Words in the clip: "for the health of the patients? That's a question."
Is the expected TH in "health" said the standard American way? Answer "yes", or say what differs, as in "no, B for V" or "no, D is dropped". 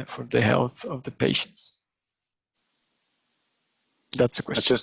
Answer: yes